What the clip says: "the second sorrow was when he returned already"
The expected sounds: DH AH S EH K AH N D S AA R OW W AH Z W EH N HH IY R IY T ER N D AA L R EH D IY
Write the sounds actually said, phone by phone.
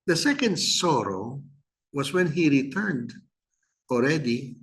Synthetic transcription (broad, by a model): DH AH S EH K AH N D S AA R OW W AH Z W EH N HH IY R IY T ER N D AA L R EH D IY